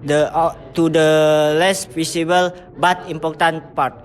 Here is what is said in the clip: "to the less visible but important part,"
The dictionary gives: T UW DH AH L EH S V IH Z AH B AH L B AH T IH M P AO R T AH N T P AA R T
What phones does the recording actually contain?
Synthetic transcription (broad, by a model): T UW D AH L EH S F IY S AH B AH L B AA T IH M P AO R T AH N P AA R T